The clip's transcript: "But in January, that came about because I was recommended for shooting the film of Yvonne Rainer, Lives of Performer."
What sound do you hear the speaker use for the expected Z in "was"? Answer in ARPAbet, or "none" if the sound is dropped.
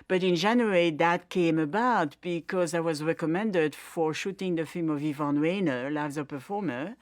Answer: Z